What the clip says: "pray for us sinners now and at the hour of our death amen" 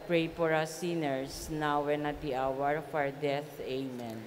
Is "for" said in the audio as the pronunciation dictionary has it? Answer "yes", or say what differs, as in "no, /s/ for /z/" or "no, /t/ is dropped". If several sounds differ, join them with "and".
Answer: no, /p/ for /f/